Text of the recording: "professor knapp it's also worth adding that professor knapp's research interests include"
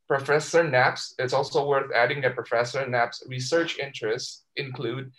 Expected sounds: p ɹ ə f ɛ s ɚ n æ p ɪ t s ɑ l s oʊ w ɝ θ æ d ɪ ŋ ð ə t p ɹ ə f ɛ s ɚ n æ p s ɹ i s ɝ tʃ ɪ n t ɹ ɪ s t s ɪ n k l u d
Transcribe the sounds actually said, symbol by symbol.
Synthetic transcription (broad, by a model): p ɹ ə f ɛ s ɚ n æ p ɪ t s ɑ l s oʊ w ɝ θ æ d ɪ ŋ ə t p ɹ ə f ɛ s ɚ n æ p s ɹ i s ɝ tʃ ɪ n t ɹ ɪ s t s ɪ n k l u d